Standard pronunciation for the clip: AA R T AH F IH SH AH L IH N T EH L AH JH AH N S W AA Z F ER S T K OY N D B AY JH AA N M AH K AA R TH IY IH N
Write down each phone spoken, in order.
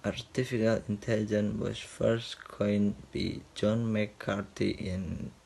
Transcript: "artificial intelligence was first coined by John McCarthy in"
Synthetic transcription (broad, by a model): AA R T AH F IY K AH L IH N T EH L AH JH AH N W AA S F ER S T K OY N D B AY JH AA N M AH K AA R T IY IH N